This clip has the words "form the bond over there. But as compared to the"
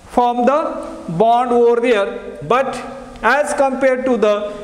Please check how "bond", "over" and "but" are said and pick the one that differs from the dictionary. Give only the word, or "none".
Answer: none